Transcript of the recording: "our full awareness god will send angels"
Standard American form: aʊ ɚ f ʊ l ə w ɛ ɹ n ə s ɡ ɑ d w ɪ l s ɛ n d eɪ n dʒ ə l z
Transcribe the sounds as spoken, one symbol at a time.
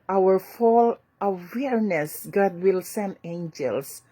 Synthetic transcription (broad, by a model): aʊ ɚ f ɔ l ə w ɛ ɹ n ə s ɡ ɑ d w ɪ l s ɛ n eɪ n dʒ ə l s